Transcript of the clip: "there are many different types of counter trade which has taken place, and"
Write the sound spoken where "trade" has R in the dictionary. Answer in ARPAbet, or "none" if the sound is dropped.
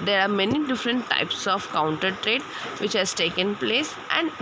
R